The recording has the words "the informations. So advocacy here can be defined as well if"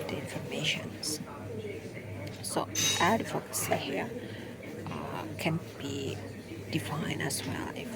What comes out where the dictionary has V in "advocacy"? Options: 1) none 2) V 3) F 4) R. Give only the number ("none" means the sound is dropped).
3